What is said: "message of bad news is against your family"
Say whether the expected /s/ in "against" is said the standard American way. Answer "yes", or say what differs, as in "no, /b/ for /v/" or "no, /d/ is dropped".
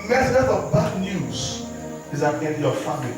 no, /s/ is dropped